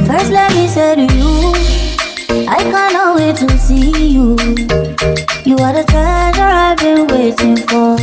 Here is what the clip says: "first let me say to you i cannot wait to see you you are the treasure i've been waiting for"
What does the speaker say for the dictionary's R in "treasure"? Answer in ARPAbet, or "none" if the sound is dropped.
none